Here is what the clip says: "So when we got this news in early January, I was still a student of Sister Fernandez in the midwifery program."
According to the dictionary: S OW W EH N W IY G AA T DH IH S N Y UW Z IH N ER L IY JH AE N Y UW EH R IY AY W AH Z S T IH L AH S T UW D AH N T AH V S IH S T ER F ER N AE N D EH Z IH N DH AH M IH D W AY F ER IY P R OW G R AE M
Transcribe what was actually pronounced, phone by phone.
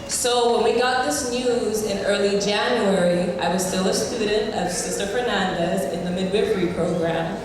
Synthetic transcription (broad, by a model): S OW W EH N W IY G AA T DH IH S N Y UW Z IH N ER L IY JH AE N Y UW EH R IY AY W AH Z S T IH L AH S T UW D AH N T AH V S IH S T ER F ER N AE N D EH Z IH N DH AH M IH D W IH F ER IY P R OW G R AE M